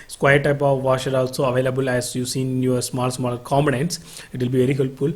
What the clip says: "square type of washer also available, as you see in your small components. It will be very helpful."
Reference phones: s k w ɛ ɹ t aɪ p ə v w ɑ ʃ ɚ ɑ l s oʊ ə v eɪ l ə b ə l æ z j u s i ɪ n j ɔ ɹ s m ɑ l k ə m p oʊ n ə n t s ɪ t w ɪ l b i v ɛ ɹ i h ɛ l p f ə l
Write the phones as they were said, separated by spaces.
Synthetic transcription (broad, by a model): s k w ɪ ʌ t aɪ p ə v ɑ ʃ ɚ ɑ l s oʊ ə v eɪ l ə b ə l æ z j u s i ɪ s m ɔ l s m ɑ l k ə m b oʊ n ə n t s ɪ t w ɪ l b i v ɛ ɹ i h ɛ l p f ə l